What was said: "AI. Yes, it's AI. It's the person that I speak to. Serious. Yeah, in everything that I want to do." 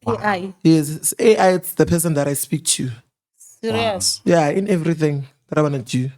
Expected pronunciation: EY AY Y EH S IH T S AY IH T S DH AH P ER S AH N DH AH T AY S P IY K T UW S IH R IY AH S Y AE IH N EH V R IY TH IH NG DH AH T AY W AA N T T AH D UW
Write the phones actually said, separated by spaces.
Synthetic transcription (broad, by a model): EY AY Y EH S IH T AY IH T S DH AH P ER S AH N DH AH T AY S P IY K T UW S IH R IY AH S Y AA IH N EH V R IY TH IH NG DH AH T AY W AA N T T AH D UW